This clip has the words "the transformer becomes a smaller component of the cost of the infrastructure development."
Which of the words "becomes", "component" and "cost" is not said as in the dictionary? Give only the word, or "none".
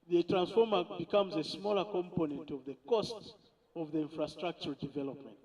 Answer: none